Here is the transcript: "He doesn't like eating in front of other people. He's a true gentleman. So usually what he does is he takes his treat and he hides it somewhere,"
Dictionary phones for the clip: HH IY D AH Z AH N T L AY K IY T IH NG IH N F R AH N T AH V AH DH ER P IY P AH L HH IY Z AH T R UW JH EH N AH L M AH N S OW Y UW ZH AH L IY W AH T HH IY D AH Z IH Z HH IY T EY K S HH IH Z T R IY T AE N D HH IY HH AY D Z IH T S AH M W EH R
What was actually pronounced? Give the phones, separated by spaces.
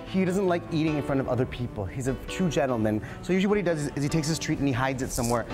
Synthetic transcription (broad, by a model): HH IY D AH Z AH N T L AY K IY T IH NG IH N F R AH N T AH V AH DH ER P IY P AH L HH IY Z AH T UW JH EH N L M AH N S OW Y UW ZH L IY W AH T HH IY D AH Z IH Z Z IY T EY K S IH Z T R IY T N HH IY HH AY D Z IH T S AH M W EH R